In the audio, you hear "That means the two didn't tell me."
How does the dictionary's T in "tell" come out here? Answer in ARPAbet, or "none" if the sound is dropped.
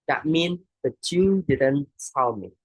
S